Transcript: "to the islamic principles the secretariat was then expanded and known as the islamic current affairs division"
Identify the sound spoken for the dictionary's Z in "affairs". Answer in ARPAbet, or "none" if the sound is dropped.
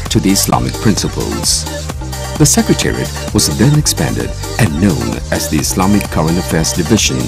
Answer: Z